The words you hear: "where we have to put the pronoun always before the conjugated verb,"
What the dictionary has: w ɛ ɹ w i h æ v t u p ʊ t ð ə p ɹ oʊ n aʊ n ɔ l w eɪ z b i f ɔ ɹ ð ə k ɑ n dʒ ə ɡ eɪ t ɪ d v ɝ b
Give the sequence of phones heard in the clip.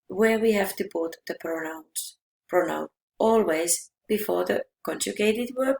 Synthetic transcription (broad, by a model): w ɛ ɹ w i h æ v t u b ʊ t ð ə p ɹ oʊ n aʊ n ɔ l w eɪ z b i f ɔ ɹ ð ə k ɑ n dʒ ə ɡ eɪ t ɪ d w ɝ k